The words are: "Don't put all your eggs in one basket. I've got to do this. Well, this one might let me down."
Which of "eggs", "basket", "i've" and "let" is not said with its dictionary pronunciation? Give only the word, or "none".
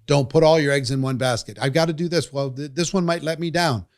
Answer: none